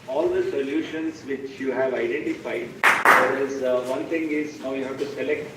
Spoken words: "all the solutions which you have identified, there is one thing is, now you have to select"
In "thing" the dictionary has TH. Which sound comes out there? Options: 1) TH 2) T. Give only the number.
2